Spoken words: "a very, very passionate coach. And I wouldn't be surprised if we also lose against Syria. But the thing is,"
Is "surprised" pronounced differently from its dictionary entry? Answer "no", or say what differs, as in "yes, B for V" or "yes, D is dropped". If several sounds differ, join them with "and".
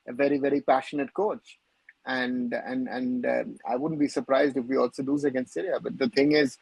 no